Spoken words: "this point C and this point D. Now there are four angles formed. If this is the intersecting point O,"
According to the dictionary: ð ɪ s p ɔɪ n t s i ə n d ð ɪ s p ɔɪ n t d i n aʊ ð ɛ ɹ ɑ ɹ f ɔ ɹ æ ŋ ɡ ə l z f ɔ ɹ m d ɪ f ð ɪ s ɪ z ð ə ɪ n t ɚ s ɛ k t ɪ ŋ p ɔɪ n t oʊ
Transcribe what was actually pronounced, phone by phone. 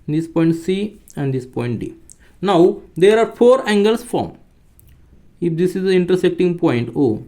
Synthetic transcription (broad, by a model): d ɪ s p ɔɪ n t s i ə n d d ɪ s p ɔɪ n t d i n aʊ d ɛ ɹ ɑ ɹ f ɔ ɹ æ ŋ ɡ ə l s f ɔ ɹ m ɪ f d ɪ s ɪ z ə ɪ n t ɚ s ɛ k t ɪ ŋ p ɔɪ n t oʊ